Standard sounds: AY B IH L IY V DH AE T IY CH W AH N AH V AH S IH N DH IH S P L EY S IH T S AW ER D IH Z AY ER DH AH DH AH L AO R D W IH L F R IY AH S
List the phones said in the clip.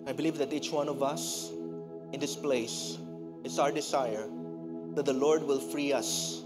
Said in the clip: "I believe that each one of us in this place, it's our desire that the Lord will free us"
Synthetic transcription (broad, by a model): AY B IH L IY V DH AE T IY CH W AH N AH V AH S IH N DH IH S P L EY S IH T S AW ER D IH Z AY ER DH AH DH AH L AO R D W IH L F R IY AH S